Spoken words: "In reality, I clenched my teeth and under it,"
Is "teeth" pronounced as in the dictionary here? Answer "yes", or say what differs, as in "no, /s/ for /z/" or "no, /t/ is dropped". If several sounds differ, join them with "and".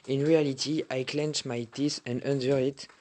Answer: no, /s/ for /θ/